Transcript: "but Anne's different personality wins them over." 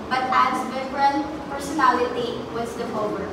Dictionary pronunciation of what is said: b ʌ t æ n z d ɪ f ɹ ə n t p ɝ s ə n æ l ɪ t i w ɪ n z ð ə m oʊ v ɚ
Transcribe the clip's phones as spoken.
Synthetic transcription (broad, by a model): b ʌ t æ z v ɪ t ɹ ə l p ɝ s ə n æ l ɪ t i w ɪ z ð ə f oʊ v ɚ